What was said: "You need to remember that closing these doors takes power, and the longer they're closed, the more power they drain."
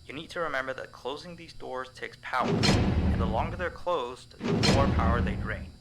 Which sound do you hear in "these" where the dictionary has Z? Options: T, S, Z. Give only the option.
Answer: Z